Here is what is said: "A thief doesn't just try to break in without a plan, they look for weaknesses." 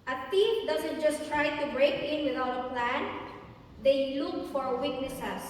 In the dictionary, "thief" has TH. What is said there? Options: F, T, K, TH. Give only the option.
T